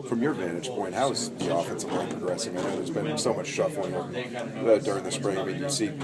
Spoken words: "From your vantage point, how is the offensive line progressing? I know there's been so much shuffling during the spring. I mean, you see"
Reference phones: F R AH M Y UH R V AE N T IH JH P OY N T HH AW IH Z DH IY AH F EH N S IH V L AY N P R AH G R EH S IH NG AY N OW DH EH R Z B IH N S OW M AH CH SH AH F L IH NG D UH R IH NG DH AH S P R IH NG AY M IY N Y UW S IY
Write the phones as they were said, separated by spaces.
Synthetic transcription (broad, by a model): F R AH M Y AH R V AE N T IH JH P OY N T HH AW IH Z DH IY AH F EH N S IH V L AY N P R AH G R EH S IH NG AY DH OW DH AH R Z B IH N S OW M AH CH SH AH F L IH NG D UH R IH NG DH AH S P R IH NG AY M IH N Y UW S IY